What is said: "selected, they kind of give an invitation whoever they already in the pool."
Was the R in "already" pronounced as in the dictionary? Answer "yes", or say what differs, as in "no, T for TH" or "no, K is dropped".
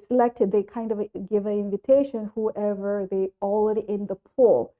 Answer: no, L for R